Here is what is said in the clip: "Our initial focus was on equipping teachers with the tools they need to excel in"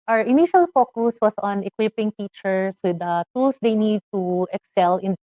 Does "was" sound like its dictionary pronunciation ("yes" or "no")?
no